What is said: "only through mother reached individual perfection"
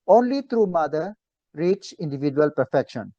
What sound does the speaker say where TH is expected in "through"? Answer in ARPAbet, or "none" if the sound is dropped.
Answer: T